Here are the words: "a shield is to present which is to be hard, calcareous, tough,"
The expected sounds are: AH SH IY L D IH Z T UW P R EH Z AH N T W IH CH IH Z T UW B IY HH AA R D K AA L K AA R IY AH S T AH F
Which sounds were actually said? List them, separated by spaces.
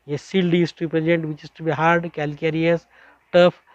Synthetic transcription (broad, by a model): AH S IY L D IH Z T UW P R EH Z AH N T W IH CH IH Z T UW B IY HH AA R D K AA L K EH R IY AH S T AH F